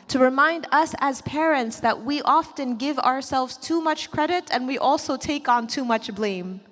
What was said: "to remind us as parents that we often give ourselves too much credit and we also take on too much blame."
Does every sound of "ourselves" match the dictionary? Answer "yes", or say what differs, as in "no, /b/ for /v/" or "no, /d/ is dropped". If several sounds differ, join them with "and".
yes